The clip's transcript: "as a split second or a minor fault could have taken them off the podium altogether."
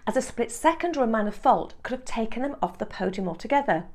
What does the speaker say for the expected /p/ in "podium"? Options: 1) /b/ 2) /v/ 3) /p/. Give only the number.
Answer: 3